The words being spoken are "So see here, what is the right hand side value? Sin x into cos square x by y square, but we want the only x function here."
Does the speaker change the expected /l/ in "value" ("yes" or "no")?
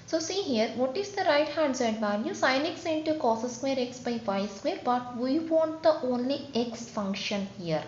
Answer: yes